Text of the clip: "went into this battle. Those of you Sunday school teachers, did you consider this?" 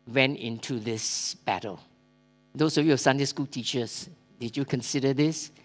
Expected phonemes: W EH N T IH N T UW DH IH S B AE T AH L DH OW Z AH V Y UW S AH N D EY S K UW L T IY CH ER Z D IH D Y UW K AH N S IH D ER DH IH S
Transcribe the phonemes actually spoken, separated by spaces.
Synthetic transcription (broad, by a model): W EH N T IH N T UW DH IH S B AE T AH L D OW S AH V Y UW S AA N D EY S K UW L T IY CH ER S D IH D Y UW K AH N S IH D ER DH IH S